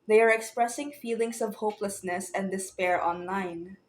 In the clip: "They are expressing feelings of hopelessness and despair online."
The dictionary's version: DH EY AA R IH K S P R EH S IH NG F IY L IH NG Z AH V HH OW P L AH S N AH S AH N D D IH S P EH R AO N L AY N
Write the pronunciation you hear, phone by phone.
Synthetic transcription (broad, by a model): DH EY AA R IH K S P R EH S IH NG F IY L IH NG S AH V HH OW P L AH S N AH S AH N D D IH S P EH R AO N L AY N